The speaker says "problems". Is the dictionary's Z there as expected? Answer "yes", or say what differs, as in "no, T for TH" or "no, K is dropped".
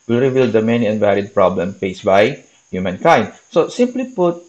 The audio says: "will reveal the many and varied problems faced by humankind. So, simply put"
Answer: no, Z is dropped